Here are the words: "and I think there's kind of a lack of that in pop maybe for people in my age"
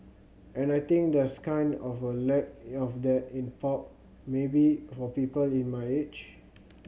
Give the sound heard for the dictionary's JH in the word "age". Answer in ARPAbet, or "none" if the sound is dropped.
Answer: CH